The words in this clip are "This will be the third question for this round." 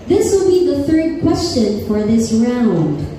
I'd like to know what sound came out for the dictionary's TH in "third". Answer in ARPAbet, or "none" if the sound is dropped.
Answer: TH